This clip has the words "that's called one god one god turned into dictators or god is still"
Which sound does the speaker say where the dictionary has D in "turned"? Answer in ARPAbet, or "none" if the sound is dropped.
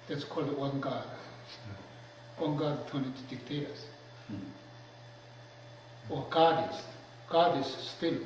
none